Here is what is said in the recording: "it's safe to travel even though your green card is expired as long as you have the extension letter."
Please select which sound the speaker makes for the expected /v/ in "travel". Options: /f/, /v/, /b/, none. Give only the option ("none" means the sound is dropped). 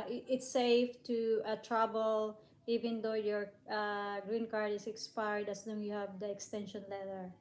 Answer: /b/